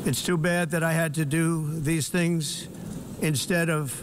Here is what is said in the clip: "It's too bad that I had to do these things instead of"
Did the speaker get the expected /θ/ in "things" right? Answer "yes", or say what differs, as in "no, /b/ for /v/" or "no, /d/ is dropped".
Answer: yes